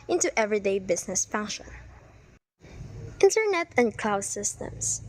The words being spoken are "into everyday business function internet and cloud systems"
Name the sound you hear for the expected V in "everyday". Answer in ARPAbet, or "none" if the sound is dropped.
V